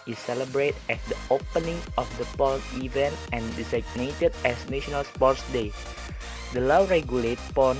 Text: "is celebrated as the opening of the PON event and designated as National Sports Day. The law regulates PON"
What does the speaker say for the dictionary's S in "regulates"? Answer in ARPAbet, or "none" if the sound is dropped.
none